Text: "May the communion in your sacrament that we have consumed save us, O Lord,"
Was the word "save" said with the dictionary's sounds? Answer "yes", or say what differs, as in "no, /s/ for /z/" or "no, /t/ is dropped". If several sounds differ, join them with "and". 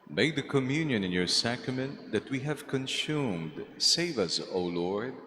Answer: yes